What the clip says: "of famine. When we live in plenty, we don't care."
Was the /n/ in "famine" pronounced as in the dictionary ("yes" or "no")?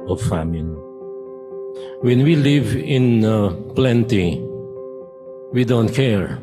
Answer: no